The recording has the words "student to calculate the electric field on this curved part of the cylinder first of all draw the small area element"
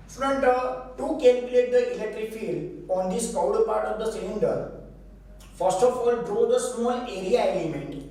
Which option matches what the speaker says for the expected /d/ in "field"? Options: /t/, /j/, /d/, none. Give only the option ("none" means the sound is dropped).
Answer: /d/